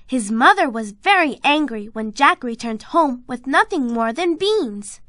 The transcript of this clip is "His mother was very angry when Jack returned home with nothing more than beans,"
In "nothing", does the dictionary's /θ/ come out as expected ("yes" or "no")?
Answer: yes